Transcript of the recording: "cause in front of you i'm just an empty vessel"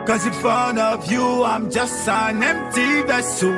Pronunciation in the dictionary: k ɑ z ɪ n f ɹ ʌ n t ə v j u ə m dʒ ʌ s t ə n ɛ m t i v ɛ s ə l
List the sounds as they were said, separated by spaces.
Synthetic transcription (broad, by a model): k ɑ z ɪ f ʌ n ə v j u ə m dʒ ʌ s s ə n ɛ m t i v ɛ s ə